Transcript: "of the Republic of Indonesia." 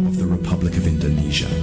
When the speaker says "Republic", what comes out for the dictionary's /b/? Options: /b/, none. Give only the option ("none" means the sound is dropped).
/b/